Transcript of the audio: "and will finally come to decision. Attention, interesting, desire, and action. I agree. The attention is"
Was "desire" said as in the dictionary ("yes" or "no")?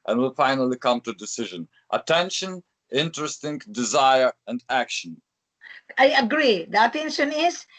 yes